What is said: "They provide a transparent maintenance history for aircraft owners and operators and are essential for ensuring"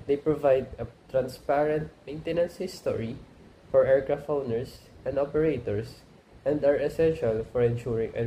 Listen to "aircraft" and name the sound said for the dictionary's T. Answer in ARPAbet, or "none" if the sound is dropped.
none